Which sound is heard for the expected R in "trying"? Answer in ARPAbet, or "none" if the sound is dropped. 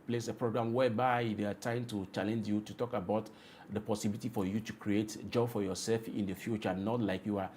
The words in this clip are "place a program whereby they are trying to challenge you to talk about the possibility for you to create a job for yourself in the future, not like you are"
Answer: none